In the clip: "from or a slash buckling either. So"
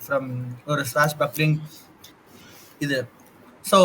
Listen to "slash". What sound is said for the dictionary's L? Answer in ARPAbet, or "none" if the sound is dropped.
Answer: none